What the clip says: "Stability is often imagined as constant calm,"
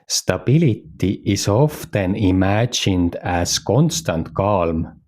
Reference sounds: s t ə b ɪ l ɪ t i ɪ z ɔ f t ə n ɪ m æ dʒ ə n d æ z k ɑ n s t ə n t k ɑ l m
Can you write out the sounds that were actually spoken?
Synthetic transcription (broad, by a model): s t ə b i l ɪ t i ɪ s ɔ f t ə n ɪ m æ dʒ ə n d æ s k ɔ n s t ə n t k ɑ l m